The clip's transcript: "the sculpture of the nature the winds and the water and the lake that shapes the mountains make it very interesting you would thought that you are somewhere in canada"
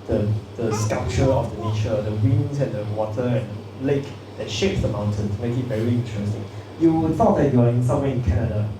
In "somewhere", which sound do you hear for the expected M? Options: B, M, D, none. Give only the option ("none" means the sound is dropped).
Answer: none